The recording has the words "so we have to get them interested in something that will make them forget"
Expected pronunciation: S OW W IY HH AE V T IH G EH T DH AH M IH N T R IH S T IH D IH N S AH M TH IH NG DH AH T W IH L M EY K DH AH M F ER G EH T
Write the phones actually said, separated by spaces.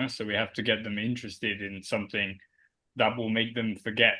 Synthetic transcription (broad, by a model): S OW W IY HH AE F T IH G EH T DH AH M IH N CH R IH S T IH D IH N S AH M TH IH NG DH AH T W IH L M EY K DH AH M F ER G EH T